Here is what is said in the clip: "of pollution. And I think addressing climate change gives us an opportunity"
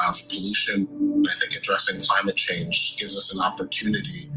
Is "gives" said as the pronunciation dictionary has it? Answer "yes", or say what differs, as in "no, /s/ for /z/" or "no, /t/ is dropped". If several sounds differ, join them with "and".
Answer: yes